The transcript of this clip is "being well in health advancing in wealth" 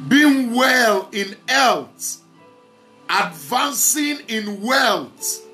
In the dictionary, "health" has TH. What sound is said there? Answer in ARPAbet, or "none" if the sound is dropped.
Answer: T